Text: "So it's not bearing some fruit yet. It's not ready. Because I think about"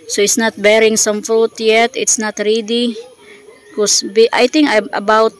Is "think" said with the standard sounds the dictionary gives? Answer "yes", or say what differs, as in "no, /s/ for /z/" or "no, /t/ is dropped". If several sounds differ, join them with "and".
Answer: no, /t/ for /θ/